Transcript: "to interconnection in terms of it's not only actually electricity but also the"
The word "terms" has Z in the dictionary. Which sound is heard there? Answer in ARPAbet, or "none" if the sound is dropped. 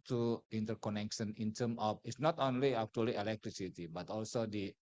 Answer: none